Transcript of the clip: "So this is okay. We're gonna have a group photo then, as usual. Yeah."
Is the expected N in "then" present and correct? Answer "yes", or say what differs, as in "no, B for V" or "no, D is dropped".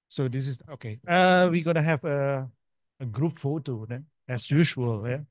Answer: no, N is dropped